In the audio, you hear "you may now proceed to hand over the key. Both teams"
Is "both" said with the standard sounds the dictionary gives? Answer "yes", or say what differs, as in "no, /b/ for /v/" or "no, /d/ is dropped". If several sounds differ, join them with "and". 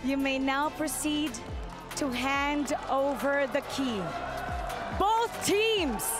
yes